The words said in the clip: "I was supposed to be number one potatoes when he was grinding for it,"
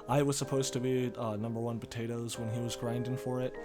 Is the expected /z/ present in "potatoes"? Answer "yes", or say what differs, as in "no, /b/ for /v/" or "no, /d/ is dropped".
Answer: yes